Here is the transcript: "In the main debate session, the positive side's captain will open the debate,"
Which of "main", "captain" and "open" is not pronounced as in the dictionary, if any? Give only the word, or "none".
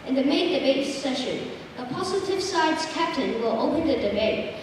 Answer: none